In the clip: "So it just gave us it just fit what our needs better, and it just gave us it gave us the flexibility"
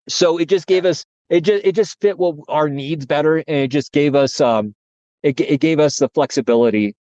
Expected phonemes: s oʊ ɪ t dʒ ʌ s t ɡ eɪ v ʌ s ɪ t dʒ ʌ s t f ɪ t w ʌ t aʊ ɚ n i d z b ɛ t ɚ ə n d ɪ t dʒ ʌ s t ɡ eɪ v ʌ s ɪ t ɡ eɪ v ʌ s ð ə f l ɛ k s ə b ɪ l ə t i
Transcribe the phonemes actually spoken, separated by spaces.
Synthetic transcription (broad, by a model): s oʊ ɪ t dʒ ʌ s ɡ eɪ v ʌ s ɪ t dʒ ʌ s t f ɪ t w ʌ t aʊ ɚ n i d z b ɛ t ɚ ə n ɪ t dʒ ʌ s ɡ eɪ v ʌ s ɪ t ɡ eɪ v ʌ s ð ə f l ɛ k s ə b ɪ l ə t i